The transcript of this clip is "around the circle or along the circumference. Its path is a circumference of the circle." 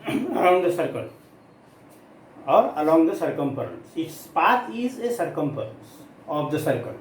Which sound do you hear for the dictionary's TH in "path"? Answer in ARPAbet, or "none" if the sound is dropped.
T